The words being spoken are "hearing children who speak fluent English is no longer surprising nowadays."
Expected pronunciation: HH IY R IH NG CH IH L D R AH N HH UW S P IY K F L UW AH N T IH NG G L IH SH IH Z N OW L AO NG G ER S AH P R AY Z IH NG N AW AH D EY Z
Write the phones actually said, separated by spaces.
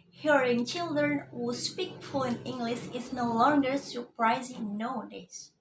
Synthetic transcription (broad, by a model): HH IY R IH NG CH IH L D R AH N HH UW S P IY K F UW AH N IH NG G L IH SH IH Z N OW L AO NG G ER S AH P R AY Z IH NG N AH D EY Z